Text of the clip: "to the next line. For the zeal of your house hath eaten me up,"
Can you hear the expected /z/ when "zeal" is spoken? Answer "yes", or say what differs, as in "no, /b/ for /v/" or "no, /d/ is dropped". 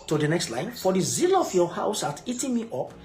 yes